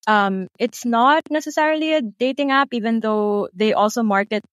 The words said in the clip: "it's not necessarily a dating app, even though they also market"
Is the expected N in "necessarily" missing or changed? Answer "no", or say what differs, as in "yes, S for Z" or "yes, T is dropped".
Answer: no